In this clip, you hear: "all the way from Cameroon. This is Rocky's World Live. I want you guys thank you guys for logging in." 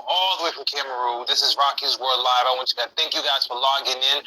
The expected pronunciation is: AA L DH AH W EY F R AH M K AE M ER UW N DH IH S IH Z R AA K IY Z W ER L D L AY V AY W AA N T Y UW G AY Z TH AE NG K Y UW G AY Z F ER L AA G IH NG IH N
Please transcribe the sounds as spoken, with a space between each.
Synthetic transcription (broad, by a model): AA L DH AH W EY F R AH M K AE M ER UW DH IH S IH Z R AA K IY Z W ER D L AY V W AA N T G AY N TH AE NG K Y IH G AY Z F ER L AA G IH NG IH N